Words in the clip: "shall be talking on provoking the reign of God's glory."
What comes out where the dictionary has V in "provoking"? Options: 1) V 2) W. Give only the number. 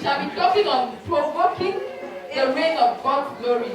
2